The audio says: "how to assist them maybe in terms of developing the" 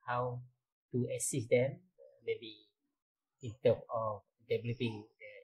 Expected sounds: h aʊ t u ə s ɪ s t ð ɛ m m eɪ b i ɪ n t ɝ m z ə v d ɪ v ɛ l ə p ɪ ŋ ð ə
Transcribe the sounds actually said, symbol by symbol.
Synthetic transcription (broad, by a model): h aʊ t u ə s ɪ s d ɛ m m eɪ b i ɪ n t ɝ m ə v d ɪ v ɛ l ə p ɪ ŋ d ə